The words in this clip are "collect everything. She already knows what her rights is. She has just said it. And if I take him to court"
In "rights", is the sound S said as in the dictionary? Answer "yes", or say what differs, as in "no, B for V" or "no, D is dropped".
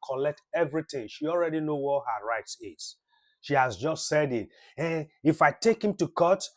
yes